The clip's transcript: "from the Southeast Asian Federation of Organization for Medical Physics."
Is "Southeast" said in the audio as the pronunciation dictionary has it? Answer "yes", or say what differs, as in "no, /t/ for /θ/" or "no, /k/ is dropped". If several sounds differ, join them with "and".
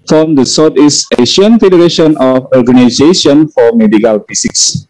no, /t/ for /θ/